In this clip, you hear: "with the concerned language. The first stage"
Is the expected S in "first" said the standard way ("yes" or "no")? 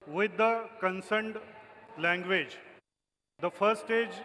no